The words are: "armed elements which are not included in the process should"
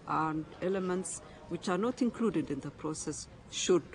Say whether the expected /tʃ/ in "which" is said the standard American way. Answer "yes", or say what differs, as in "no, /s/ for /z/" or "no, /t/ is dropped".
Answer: yes